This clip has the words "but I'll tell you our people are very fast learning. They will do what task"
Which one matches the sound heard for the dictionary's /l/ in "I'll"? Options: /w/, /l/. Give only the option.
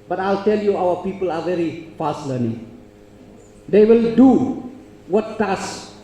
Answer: /l/